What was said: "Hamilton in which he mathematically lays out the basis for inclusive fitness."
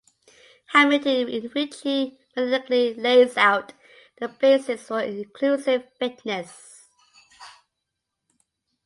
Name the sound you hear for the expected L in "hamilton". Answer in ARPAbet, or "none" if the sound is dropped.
none